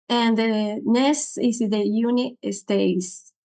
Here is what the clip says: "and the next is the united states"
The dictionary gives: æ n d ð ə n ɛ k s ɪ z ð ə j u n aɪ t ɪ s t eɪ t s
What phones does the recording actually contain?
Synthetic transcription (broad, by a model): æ n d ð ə n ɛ s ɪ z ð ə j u n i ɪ s t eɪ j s